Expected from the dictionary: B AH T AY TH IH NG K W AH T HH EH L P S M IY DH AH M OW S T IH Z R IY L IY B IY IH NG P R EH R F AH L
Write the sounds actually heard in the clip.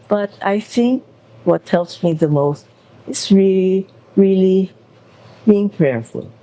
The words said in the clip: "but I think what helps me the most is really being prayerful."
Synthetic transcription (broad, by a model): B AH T AY TH IH NG K W AH T EH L S M IY DH AH M OW S T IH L R IY L IY B IY IH NG P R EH R F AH L